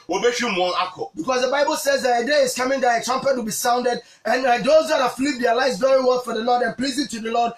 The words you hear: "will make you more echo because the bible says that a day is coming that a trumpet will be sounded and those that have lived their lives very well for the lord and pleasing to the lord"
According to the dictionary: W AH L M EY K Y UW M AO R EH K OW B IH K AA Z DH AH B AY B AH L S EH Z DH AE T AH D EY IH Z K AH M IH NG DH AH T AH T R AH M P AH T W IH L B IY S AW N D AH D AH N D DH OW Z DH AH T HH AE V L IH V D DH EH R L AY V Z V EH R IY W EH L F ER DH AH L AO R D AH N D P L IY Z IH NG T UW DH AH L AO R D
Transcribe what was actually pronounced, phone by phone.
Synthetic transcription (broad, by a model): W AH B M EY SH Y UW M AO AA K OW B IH K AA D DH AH B AY B AH L S EH Z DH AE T AH D EY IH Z K AH M IH NG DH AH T AH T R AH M P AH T W IH L B IY S AW N D AH D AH N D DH OW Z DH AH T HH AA F L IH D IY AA L AY Z V EH R IY W EH L F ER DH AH L AO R D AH N P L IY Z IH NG T UW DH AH L AO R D